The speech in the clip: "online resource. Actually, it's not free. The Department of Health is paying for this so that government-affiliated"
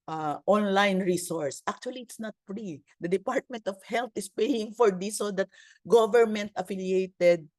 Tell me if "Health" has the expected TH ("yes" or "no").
no